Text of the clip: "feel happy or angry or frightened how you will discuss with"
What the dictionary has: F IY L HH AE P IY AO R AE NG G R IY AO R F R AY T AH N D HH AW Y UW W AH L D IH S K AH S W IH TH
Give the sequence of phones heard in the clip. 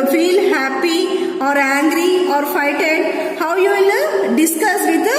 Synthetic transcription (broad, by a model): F IY L HH AE P IY AO R AE NG G R IY AO R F AY T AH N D HH AW Y UW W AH L D IH S K AH S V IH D